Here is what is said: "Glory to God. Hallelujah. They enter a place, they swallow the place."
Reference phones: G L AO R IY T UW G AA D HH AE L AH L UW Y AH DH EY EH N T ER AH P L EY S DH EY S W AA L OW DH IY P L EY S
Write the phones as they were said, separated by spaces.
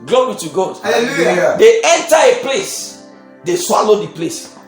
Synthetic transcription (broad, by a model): G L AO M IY T UW G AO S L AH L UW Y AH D EY EH N T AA AH P L EY S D EY S W AA L OW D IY P L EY S